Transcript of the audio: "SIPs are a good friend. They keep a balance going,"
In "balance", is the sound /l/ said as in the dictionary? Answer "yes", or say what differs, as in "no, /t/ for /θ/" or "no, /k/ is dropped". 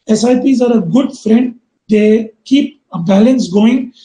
yes